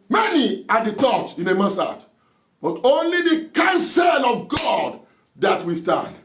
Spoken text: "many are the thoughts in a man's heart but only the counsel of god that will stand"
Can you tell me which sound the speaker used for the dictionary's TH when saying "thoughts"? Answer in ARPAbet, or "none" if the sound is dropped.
T